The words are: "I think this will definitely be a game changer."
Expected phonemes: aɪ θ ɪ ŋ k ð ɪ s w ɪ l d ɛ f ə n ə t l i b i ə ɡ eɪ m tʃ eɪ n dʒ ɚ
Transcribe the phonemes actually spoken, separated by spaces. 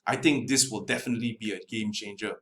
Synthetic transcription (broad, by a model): aɪ t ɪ ŋ k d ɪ s w ɪ l d ɛ f ə n ə t l i b i ə ɡ eɪ m tʃ eɪ n dʒ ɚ